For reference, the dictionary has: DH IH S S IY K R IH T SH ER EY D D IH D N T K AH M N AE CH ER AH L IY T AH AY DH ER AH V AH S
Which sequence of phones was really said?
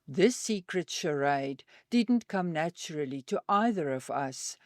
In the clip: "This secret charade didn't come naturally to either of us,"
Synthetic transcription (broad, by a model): DH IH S S IY K R IH T SH ER EY D D IH D N T K AH M N AE CH ER AH L IY T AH AY DH ER AH V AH S